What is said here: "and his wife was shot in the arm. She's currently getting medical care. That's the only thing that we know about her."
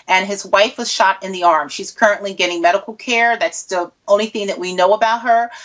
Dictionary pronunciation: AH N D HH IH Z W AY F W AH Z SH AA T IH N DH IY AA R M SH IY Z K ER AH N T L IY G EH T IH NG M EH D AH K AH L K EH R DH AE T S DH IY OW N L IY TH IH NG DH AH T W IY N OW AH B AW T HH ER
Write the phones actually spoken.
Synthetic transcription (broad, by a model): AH N IH Z W AY F W AH Z SH AA T IH N DH IY AA R M SH IY Z K ER AH N T L IY G EH T IH NG M EH D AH K L K EH R DH AE T S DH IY OW N L IY TH IH NG DH AH T W IY N OW AH B AW T HH ER